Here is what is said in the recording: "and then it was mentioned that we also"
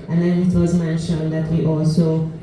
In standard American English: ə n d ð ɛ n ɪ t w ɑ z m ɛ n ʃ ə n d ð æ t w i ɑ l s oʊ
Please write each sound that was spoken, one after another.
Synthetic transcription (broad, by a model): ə n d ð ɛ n ɪ t w ɑ z m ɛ n ʃ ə n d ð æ t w i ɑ l s oʊ